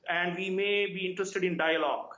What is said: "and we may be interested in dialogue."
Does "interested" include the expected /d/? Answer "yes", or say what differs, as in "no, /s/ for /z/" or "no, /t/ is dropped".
yes